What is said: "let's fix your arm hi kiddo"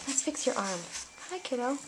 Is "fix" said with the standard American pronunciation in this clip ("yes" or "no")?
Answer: yes